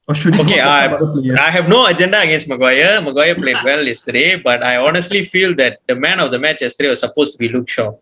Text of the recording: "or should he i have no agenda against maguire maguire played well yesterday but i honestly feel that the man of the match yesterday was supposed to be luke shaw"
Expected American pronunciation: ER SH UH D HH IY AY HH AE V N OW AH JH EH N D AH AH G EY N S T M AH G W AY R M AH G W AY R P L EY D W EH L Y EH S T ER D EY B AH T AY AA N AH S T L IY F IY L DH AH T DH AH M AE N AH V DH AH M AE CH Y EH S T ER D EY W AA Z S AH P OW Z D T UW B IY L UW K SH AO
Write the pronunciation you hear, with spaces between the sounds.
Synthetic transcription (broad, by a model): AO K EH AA AY HH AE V N OW AH JH EH N D AH AH G EY N S T M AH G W AY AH M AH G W AY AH P L EY D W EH L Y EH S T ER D EY B AH T AY AA N AH S T L IY F IY L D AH T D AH M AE N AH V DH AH M AE CH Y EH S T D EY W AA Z S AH P OW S T UW B IY L UW K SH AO